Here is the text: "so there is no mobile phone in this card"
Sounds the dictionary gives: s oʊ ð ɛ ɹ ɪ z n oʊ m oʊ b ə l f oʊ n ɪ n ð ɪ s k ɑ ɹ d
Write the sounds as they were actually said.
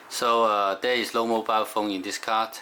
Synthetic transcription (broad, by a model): s oʊ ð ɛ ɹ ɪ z l oʊ m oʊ b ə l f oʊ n ɪ n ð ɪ s k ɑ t